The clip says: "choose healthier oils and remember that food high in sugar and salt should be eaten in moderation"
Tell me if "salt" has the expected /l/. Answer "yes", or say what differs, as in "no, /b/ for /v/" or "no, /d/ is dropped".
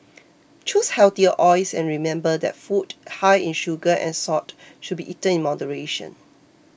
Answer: no, /l/ is dropped